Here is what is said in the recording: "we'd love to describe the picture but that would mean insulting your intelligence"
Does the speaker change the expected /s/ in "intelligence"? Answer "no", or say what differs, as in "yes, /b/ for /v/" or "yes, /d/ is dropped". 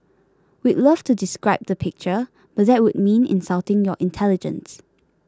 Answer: no